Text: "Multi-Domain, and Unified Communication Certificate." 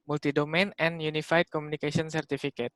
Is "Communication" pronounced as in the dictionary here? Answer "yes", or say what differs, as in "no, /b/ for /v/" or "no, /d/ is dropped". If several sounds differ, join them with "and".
no, /s/ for /ʃ/